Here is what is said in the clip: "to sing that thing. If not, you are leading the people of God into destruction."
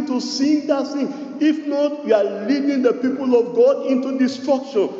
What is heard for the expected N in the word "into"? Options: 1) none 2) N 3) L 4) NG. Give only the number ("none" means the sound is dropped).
2